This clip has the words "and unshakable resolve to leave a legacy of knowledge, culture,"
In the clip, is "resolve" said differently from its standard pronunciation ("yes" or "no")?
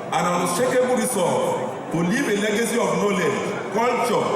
yes